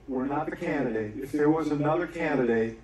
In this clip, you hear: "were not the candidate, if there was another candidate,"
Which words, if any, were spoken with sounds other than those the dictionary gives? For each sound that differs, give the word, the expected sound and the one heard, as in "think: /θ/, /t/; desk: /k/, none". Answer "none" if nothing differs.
none